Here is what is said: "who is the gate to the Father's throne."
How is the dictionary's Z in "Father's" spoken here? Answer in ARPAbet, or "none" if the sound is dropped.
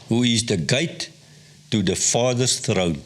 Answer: S